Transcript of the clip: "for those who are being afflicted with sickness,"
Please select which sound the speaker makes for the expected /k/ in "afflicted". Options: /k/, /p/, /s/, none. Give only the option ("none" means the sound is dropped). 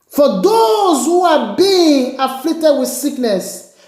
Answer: none